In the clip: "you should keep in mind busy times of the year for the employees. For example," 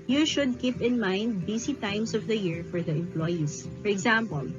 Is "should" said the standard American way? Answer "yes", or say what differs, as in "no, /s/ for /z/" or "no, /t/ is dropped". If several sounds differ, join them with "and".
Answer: yes